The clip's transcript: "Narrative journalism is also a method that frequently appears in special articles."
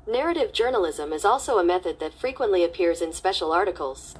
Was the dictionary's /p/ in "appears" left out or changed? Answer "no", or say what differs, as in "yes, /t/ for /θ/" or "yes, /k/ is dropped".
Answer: no